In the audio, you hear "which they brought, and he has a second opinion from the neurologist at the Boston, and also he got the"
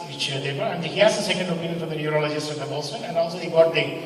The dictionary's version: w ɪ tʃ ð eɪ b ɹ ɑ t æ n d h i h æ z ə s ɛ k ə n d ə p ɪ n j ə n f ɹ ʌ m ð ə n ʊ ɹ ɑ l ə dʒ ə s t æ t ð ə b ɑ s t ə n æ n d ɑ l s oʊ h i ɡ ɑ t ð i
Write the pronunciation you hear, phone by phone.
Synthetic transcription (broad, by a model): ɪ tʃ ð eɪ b ʌ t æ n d h i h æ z ə s ɛ k ə n d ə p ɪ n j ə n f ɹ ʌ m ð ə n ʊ ɹ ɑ l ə dʒ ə s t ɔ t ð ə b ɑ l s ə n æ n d ɑ l s oʊ h i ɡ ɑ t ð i